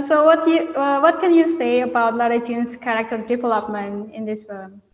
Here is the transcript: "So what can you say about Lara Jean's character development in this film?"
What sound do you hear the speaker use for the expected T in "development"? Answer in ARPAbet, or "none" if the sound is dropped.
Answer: none